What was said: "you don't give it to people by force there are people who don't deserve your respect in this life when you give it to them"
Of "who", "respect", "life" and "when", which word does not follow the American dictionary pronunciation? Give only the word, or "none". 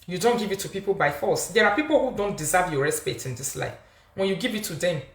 respect